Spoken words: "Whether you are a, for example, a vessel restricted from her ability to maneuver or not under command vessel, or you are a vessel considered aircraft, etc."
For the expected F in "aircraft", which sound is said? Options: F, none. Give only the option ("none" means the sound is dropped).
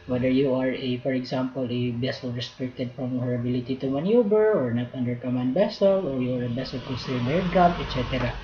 none